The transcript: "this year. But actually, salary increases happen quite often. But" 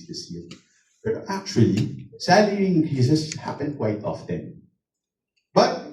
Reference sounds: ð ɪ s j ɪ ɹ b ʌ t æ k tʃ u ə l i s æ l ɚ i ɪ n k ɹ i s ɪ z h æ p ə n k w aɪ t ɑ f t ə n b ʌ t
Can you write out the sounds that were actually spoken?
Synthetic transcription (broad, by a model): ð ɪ s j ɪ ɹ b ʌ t æ k tʃ u ə l i s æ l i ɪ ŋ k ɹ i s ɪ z h æ p ə n k w aɪ t ɑ f t ə n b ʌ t